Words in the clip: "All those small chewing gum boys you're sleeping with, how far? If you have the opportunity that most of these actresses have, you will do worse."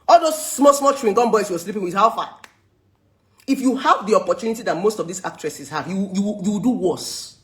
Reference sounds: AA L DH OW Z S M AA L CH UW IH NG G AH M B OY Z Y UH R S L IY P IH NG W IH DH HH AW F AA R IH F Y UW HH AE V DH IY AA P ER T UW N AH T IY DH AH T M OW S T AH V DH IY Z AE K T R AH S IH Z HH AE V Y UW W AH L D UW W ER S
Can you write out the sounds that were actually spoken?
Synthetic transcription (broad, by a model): AA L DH OW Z S M AA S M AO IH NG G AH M B OY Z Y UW W S L IY P IH NG W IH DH HH AW F AA IH F Y UW HH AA V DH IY AA P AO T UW N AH T IY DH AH T M OW S T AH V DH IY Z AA K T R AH S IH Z HH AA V Y UW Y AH W D UW W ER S